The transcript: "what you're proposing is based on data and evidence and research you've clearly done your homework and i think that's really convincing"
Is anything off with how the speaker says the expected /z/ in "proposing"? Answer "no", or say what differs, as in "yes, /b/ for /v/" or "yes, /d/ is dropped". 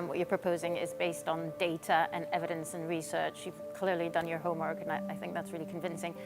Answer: no